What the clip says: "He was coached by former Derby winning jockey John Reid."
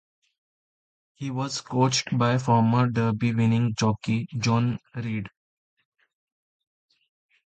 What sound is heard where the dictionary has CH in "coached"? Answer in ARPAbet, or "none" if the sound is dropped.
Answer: CH